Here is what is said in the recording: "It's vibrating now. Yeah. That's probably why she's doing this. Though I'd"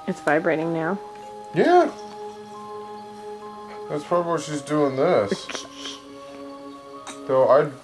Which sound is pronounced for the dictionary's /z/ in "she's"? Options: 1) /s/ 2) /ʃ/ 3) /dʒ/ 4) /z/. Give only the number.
4